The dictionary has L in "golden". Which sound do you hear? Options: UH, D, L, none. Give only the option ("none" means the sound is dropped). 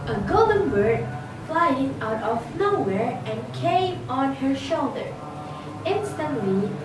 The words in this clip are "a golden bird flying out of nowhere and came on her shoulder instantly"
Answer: L